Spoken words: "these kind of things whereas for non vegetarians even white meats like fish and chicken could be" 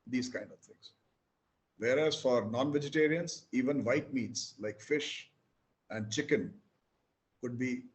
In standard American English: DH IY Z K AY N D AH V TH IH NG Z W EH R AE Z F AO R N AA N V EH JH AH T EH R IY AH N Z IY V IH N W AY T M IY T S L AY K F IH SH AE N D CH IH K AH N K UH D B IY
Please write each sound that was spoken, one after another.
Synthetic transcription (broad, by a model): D IY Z K AY N D AH V T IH NG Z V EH R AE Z F AO R N AA N V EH JH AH T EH R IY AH N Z IY V IH N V AY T M IY T S L AY K F IH SH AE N D CH IH K AH N K UH D B IY